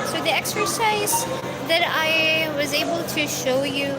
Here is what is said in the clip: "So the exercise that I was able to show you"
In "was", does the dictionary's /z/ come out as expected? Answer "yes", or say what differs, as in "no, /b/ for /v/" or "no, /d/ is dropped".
yes